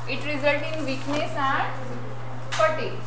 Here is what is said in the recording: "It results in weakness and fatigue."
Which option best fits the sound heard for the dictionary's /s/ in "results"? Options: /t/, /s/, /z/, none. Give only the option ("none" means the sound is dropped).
none